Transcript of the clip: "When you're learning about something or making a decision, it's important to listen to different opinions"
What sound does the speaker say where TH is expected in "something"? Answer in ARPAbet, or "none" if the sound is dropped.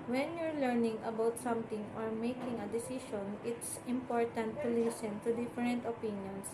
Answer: T